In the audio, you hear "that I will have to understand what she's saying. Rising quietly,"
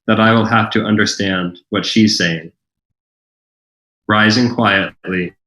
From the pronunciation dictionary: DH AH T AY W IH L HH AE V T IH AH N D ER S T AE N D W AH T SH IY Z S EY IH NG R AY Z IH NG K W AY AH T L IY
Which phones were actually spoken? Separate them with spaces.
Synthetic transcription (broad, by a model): DH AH T AY W IH L HH AE F T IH AH N D ER S T AE N D W AH T SH IY Z S EY IH NG R AY Z IH NG K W AY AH T L IY